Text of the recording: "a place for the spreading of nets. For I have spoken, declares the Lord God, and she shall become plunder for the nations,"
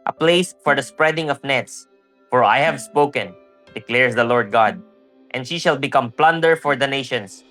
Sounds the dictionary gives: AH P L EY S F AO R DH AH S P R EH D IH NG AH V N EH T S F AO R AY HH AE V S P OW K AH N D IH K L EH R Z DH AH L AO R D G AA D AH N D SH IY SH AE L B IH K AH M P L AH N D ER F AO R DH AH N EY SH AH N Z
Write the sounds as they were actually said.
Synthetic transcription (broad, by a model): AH P L EY S F AO R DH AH S P R EH D IH NG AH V N EH T S F AO R AY HH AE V S P OW K AH N D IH K L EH R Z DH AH L AO R D G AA D AH N D SH IY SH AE L B IH K AH M P L AH N D ER F AO R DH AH N EY SH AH N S